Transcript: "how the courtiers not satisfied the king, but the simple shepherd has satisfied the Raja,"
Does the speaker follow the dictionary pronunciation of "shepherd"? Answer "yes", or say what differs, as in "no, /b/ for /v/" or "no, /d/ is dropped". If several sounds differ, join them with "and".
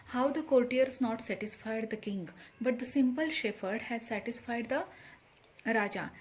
no, /f/ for /p/